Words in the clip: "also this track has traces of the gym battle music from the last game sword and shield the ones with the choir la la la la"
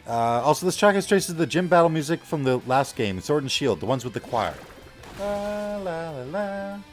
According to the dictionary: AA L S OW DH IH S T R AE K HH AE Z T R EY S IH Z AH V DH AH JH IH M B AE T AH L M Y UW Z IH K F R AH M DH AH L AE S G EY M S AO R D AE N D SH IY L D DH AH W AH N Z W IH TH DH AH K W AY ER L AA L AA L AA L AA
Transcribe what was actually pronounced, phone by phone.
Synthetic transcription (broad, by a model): AA L S OW DH IH S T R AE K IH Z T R EY S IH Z DH AH JH IH M B AE T L M Y UW Z IH K F R AH M DH AH L AE S G EY M S AO R D N SH IY L D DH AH W AH N Z W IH DH AH K W AY ER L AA L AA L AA L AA